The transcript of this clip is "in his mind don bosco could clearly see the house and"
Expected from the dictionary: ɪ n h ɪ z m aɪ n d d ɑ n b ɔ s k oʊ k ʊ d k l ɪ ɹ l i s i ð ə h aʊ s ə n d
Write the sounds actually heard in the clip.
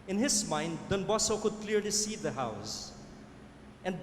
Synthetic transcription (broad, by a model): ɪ n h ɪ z m aɪ n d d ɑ n b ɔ s oʊ k ʊ d k l ɪ ɹ l i s i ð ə h aʊ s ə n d